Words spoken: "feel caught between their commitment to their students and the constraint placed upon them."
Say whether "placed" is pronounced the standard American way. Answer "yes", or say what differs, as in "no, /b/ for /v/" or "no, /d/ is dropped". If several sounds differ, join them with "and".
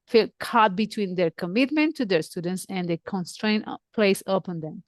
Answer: no, /t/ is dropped